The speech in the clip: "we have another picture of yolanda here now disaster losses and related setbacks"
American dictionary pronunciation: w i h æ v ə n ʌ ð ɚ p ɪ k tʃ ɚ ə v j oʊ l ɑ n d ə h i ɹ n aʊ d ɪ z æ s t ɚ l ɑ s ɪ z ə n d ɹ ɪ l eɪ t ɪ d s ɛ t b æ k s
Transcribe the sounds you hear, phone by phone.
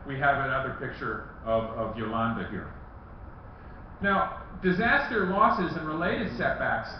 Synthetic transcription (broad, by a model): w i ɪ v ə n ʌ ð ɚ p ɪ k tʃ ɚ ə v j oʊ l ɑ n d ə h i ɹ n aʊ d ɪ z æ s t ɚ l ɑ s ɪ z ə n ɹ ɪ l eɪ t ɪ d s ɛ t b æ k s